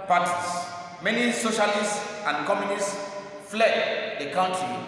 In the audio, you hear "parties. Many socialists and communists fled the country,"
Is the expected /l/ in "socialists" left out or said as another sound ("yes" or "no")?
no